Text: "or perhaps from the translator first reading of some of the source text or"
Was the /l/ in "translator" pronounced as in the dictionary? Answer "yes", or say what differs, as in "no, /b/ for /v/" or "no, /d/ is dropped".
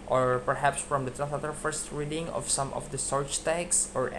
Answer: no, /l/ is dropped